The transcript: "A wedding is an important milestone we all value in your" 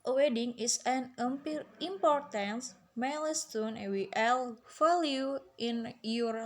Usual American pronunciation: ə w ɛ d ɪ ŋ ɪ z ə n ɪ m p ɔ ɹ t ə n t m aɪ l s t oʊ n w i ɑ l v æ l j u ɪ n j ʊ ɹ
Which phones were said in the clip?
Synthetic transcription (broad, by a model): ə w ɛ d ɪ ŋ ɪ s ə n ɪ m p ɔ ɹ t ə n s m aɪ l s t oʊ n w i ɑ l f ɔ l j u ɪ n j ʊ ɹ